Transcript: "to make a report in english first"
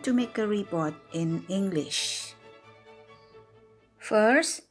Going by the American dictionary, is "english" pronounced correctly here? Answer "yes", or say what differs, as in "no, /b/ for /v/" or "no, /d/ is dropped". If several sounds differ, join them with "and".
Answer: yes